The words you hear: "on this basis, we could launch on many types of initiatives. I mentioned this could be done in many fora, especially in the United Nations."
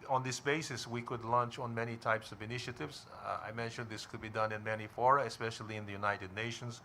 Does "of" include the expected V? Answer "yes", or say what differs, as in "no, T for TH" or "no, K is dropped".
yes